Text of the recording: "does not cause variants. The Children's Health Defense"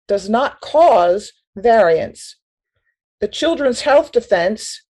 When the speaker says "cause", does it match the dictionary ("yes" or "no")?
yes